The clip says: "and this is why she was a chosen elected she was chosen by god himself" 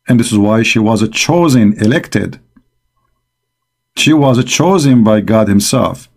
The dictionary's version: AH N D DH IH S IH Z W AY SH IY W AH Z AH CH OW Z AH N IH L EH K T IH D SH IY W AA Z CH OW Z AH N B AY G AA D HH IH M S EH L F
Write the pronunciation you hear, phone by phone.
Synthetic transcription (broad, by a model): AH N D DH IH S IH Z W AY SH IY W AH Z AH CH OW Z AH N IH L EH K T IH D SH IY W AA Z CH OW Z AH N B AY G AA D HH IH M S EH L F